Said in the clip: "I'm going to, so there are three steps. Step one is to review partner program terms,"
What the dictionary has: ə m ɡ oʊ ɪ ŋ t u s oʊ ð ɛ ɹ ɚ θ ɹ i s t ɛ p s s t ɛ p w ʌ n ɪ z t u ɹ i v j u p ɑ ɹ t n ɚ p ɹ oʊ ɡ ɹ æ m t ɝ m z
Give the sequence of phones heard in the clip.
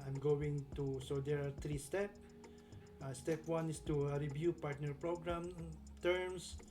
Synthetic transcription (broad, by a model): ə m ɡ oʊ ɪ ŋ t u s oʊ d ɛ ɹ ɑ t ɹ i s t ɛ p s s t ɛ p w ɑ n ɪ s t u ɹ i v j u p ɑ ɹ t n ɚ p ɹ oʊ ɡ ɹ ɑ m t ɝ m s